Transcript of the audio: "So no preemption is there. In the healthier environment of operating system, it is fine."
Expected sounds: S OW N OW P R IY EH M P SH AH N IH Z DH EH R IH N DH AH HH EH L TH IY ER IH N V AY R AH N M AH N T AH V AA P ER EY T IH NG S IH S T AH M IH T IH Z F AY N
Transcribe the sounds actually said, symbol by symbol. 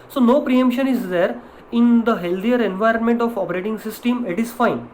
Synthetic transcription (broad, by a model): S OW N OW P R IY EH M P SH AH N IH Z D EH R IH N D AH HH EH L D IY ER IH N V AY R AH N M AH N T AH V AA P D EY T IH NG S IH S T AH M IH T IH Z F AY N